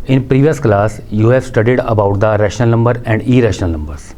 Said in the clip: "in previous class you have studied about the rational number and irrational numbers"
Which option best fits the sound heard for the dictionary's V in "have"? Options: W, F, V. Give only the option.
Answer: F